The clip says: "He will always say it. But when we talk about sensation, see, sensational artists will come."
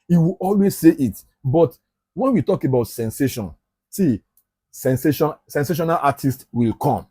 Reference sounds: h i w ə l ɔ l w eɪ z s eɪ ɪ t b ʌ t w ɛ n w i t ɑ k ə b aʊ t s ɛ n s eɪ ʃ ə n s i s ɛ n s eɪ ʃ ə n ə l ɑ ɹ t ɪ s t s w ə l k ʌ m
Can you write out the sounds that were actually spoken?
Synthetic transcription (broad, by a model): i w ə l ɔ l w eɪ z s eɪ ɪ t b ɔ t w ɛ n w i t ɑ k ə b aʊ t s ɛ n s eɪ ʃ ə n s i s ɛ n s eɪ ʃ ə n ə n ɑ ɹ t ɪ s t w ə l k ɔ m